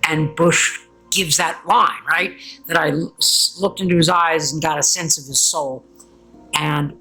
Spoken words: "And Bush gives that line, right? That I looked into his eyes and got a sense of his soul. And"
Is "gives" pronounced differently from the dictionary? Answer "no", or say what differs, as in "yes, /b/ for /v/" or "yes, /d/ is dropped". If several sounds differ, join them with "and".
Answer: no